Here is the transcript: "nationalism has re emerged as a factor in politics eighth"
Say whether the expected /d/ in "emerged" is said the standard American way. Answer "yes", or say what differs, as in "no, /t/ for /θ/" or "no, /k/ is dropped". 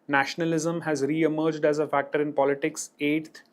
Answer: yes